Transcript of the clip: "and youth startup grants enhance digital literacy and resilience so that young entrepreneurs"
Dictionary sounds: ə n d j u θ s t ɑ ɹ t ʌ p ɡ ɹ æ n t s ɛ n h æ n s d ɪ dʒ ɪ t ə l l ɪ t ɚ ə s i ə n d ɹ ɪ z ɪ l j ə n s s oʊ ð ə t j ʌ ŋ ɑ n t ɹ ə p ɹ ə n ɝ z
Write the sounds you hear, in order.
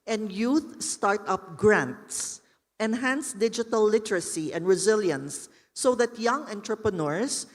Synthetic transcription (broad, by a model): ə n d j u θ s t ɑ ɹ t ʌ p ɡ ɹ æ n t s ɛ n h æ n s d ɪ dʒ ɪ t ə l l ɪ t ɚ ə s i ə n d ɹ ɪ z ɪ l j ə n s s oʊ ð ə t j ʌ ŋ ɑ n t ɹ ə p ɹ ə n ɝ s